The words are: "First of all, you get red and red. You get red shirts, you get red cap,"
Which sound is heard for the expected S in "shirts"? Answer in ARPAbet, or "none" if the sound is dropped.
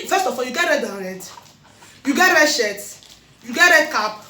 none